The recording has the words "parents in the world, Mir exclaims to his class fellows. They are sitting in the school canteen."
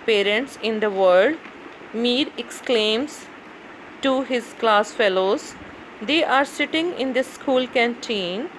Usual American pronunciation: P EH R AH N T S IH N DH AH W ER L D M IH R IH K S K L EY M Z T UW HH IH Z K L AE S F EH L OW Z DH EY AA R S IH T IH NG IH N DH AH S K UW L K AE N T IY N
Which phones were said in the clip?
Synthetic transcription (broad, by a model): P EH R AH N T S IH N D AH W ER D M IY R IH K S K L EY M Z T UW HH IH Z K L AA S F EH L OW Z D EY AA R S IH T IH NG IH N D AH S K UW L K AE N T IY N